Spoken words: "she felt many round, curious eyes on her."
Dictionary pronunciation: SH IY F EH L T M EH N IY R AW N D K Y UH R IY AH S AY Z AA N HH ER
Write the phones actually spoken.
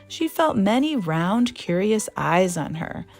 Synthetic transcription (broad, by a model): SH IY F EH L T M EH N IY R AW N D K Y UH R IY AH S AY Z N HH ER